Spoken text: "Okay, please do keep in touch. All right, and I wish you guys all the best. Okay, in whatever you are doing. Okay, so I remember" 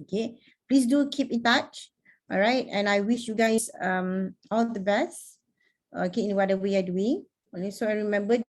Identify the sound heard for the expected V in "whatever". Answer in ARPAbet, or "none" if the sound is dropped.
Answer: W